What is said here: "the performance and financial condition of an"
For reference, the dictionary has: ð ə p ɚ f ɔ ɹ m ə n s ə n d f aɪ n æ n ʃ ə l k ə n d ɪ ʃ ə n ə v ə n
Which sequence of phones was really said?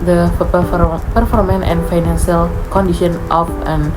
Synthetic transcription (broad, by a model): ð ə p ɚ f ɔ ɹ m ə n ə n f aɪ n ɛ n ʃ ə l k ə n d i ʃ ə n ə f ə n